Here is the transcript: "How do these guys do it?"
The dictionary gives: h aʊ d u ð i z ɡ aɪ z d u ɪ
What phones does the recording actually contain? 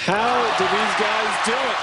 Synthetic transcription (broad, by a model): h aʊ d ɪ ð i z ɡ aɪ z d u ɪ